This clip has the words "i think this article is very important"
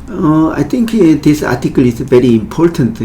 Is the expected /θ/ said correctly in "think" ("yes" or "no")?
no